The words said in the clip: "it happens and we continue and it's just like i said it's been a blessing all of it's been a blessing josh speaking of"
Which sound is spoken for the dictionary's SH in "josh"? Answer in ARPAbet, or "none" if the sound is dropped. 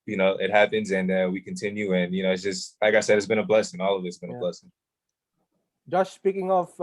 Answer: S